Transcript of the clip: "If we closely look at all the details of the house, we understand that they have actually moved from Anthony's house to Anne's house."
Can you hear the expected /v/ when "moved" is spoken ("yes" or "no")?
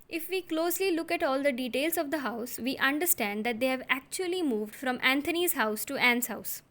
yes